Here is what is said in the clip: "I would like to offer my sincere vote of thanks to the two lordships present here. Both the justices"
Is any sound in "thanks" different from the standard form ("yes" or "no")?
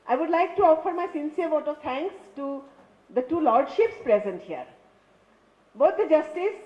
yes